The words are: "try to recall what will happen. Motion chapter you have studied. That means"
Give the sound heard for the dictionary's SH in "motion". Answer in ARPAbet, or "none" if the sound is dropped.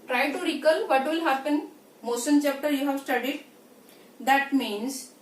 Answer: S